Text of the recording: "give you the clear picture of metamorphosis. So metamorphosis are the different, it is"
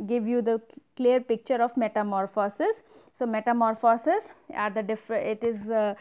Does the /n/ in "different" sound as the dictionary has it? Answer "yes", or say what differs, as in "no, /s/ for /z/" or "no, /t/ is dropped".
no, /n/ is dropped